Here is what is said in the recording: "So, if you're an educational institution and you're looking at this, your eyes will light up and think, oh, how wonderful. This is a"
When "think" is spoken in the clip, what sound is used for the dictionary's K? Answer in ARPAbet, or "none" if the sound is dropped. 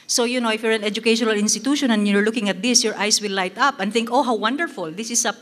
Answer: K